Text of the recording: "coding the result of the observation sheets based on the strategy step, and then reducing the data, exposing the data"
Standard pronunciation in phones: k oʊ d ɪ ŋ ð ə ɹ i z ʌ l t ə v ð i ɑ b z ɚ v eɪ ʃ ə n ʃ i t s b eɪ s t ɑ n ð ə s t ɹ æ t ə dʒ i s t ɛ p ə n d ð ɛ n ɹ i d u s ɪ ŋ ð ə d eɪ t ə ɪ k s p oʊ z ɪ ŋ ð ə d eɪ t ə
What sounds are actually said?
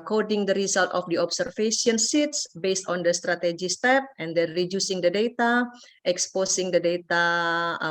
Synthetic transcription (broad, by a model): k oʊ d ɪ ŋ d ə ɹ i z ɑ l t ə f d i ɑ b s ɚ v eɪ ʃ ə n s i t s b eɪ s t ɑ n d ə s t ɹ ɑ t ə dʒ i s t ɛ p ə n d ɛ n ɹ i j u s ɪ ŋ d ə d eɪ t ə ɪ k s p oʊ s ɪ ŋ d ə d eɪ t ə